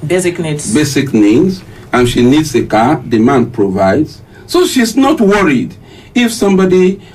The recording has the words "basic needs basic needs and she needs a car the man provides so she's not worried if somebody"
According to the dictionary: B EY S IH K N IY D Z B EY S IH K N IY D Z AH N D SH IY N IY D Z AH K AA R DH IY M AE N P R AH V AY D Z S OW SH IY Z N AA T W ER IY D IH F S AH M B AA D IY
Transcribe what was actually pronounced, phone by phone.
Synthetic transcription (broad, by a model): B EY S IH K N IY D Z B EY S IH K N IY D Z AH N SH IY N IY D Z AH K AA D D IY M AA N P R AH V AY D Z S OW SH IY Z N AA T W ER IY D IH F S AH M B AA D IY